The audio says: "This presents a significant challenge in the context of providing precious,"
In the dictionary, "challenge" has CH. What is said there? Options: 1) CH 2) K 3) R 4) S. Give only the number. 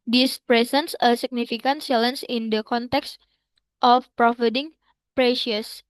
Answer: 4